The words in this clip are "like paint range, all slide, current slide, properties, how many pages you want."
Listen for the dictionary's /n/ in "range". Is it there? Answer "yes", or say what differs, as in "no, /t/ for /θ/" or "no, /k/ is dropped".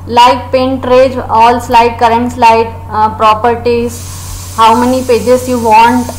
no, /n/ is dropped